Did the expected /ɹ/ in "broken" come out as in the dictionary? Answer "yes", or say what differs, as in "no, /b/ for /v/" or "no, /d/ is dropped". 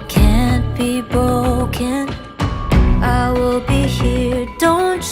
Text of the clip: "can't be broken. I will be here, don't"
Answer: no, /ɹ/ is dropped